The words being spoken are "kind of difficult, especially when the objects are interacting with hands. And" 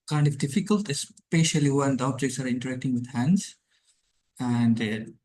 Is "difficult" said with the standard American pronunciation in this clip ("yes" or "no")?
yes